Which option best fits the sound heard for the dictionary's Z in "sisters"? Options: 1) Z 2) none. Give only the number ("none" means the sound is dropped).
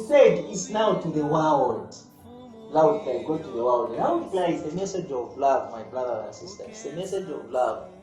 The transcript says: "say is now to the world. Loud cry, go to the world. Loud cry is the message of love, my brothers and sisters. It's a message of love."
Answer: 2